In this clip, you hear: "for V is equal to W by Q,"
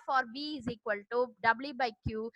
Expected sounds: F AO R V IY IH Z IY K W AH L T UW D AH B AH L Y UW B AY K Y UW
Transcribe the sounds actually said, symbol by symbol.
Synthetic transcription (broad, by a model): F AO R B IY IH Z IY K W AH L T UW D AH B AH L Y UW B AY K Y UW